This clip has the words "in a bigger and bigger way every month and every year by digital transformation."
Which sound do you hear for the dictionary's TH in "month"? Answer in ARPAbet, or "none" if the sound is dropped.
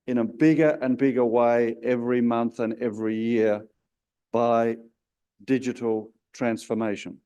TH